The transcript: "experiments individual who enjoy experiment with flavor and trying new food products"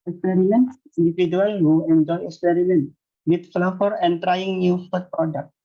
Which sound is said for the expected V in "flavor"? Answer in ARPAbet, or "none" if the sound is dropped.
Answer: F